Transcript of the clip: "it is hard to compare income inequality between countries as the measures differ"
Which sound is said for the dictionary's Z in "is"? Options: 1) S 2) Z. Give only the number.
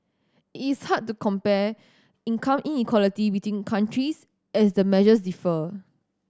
1